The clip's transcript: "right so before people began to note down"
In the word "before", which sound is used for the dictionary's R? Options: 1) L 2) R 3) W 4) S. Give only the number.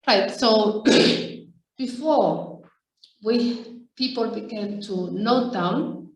3